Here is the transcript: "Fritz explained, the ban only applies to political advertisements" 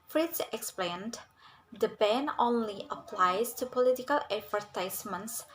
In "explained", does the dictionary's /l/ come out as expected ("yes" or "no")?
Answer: yes